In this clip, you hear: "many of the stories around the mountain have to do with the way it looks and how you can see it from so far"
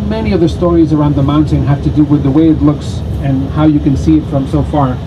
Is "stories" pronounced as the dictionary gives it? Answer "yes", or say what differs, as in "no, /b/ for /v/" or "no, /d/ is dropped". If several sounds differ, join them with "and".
yes